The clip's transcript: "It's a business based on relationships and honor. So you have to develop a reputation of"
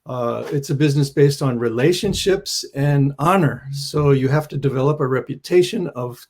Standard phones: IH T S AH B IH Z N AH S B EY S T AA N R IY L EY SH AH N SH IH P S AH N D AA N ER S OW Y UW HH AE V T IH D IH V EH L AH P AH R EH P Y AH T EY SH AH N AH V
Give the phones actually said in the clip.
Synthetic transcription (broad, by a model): IH T S AH B IH Z N AH S B EY S T N R IY L EY SH AH N SH IH P S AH N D AA N ER S OW Y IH HH AE F T IH D IH V EH L AH P AH R EH P Y AH T EY SH AH N AH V